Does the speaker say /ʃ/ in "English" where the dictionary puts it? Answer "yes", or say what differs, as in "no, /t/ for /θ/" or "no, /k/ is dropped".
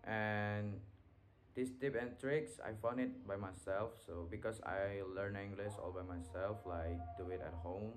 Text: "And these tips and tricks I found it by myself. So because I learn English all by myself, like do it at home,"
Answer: no, /s/ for /ʃ/